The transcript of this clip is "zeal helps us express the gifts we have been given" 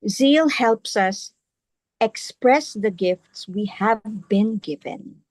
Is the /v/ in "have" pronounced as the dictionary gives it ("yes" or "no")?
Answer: yes